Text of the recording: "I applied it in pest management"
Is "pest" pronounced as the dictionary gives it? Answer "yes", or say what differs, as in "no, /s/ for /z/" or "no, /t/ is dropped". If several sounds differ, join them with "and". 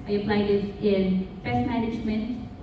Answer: no, /f/ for /p/